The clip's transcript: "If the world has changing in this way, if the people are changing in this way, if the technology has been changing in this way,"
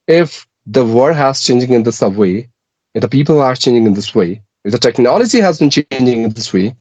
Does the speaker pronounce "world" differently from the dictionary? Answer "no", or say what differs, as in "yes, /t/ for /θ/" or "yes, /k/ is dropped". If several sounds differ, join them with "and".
yes, /l/ is dropped